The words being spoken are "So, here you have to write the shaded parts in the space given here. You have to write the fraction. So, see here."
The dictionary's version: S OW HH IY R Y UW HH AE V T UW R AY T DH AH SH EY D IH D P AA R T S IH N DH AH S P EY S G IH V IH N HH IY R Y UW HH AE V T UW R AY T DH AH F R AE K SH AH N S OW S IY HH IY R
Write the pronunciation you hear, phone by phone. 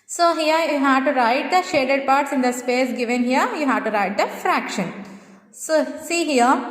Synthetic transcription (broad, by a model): S OW HH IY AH Y UW HH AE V T UW R AY T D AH SH EY D IH D P AA R T S IH N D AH S P EY S G IH V IH N HH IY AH Y UW HH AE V T UW R AY T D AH F R AE K SH AH N S OW S IY HH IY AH